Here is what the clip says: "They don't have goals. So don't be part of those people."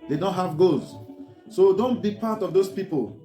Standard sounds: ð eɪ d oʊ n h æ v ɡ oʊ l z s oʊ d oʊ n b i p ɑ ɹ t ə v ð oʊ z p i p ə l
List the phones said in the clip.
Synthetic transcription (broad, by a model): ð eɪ d oʊ n h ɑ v ɡ oʊ z s oʊ d oʊ n b i p ɑ t ə v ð oʊ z p i p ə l